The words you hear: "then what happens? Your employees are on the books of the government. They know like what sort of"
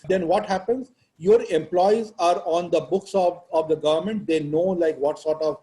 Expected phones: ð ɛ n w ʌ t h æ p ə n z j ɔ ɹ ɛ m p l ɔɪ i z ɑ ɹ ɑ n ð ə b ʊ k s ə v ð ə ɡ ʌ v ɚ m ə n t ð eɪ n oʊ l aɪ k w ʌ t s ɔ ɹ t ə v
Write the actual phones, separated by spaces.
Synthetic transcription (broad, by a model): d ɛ n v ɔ t h æ p ə n z j ɔ ɹ ɛ m p l ɔɪ i z ɑ ɹ ɑ n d ə b ʊ k s ə v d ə ɡ ʌ v ɚ m ə n t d eɪ n oʊ l aɪ k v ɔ t s ɔ ɹ t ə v